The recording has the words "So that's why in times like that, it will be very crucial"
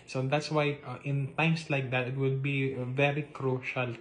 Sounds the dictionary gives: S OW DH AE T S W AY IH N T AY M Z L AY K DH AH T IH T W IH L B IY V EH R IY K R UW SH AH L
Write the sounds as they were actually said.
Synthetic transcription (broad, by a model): S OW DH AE T S W AY IH N T AY M S L AY K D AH T IH T W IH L B IY V EH R IY K R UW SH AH L